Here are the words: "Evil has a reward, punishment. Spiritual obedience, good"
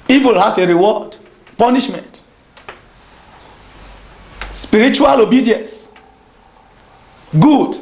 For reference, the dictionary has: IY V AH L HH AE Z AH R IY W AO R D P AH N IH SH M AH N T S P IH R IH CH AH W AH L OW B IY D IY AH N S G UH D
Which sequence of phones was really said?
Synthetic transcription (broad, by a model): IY V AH L HH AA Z AH R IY W AO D P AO N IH SH M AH N T S P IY R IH CH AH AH L OW B IY D IY AH N S G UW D